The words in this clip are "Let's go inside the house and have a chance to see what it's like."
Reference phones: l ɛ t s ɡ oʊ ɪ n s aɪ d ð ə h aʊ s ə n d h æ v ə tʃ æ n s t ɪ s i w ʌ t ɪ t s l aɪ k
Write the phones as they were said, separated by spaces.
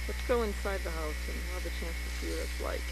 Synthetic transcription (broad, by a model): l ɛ t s ɡ oʊ ɪ n s aɪ d ð ə h aʊ s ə n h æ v ə tʃ æ n s t ɪ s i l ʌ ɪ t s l aɪ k